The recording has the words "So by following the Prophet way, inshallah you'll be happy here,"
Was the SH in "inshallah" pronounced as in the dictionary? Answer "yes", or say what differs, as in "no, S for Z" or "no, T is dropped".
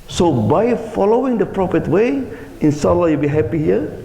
no, S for SH